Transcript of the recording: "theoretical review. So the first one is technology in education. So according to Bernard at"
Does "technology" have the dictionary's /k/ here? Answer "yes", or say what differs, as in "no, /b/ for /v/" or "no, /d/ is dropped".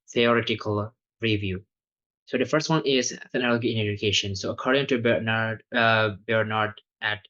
no, /k/ is dropped